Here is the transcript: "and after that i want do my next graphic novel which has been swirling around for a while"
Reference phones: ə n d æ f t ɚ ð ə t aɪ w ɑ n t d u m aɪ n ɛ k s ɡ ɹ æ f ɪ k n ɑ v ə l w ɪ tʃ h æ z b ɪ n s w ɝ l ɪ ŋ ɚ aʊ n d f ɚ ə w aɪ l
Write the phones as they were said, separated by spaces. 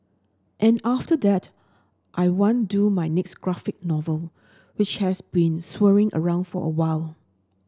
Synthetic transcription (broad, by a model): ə n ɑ f t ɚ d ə t aɪ w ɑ n d u m aɪ n ɛ k s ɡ ɹ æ f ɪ k n ɑ v ə l w ɪ tʃ h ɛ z b ɪ n s w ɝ ɪ ŋ ɚ aʊ n d f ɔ ə w aɪ l